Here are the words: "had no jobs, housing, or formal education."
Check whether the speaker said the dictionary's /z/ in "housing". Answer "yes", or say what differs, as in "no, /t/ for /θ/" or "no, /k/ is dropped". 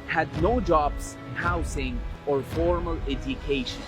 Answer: no, /s/ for /z/